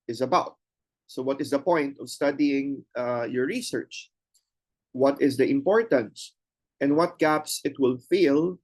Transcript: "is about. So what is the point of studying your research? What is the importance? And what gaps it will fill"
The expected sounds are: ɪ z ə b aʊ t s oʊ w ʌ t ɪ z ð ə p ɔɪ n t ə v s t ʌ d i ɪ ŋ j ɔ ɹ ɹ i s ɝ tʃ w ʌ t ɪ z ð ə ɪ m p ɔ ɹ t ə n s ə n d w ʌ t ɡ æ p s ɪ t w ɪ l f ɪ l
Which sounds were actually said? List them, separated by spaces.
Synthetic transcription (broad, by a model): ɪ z ə b aʊ t s oʊ w ʌ t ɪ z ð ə p ɔɪ n t ə v s t ʌ d i ɪ ŋ j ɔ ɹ ɹ i s ɝ tʃ w ʌ t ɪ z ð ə ɪ m p ɔ ɹ t ə n s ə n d w ʌ t ɡ æ p s ɪ t w ɪ l f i l